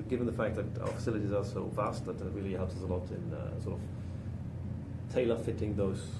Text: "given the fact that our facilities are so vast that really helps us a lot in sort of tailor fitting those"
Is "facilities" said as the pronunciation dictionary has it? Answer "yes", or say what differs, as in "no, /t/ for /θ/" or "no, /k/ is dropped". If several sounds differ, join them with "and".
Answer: yes